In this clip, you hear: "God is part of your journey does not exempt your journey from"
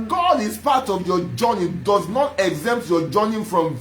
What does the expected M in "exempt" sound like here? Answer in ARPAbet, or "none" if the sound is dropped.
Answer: M